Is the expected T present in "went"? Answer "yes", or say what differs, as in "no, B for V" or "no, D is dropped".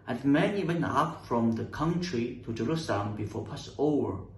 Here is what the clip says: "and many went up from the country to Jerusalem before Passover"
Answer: no, T is dropped